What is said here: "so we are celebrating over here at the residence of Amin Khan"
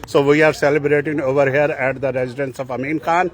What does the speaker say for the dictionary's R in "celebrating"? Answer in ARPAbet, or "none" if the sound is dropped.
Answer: R